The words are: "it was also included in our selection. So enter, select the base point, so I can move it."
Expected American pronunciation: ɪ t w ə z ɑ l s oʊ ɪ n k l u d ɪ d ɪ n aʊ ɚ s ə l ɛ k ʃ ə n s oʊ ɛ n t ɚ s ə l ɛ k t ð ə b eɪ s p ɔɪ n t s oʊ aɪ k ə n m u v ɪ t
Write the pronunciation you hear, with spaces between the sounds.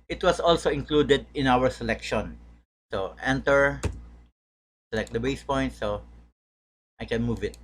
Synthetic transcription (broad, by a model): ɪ t w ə s ɑ l s oʊ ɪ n k l u d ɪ d ɪ n aʊ ɚ s ə l ɛ k ʃ ə n s oʊ ɛ n t ɚ s ə l ɛ k t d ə b eɪ s p ɔɪ n t s oʊ aɪ k ə n m u v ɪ t